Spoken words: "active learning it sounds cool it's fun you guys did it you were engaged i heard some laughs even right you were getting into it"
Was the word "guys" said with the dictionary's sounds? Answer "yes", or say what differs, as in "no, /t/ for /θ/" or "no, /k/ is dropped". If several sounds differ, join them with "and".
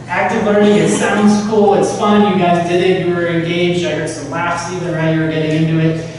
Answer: yes